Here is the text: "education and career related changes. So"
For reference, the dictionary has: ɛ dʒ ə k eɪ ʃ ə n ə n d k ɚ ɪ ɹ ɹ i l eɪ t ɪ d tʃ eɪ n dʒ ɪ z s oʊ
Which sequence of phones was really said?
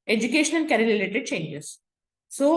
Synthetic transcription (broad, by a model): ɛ dʒ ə k eɪ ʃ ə n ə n k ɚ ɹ l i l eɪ t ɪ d tʃ eɪ n dʒ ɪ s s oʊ